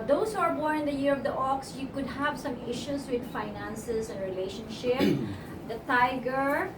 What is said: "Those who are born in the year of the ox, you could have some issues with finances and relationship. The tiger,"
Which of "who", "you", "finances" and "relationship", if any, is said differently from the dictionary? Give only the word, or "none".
finances